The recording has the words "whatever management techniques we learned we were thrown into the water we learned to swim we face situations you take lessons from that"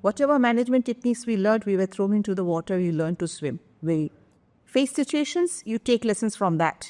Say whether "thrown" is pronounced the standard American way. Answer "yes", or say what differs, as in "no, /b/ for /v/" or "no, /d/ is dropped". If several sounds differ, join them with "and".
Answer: no, /t/ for /θ/ and /n/ is dropped